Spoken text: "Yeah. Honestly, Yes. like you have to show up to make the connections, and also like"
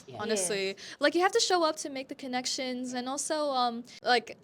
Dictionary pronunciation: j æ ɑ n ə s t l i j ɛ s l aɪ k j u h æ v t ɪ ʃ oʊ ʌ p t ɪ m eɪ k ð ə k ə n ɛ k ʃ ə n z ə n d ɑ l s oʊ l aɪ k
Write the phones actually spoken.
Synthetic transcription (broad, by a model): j ɑ n ə s t l i l aɪ k j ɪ h æ f t ɪ ʃ oʊ ʌ p t ɪ m eɪ k ð ə k ə n ɛ k ʃ ə n z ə n ɑ l s oʊ l aɪ k